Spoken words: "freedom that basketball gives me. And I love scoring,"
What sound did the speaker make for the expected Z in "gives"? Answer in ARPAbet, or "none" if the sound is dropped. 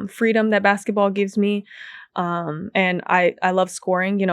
Z